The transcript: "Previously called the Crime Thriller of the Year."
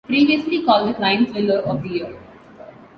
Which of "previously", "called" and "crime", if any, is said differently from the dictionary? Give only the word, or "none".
crime